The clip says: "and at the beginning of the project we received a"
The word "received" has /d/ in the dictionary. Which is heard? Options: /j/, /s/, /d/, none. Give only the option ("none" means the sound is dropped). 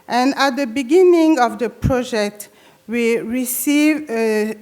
none